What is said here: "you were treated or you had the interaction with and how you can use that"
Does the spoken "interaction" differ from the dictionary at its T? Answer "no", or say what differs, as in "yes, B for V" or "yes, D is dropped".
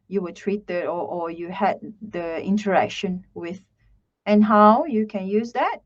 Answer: no